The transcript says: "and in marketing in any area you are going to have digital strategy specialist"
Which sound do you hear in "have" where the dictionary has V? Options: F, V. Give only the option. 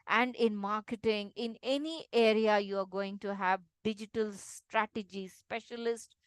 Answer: V